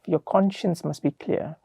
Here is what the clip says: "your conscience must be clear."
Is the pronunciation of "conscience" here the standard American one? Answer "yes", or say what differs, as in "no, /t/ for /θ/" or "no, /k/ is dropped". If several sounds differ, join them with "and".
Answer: yes